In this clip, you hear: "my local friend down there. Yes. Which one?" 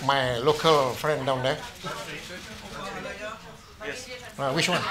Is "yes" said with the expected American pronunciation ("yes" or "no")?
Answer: no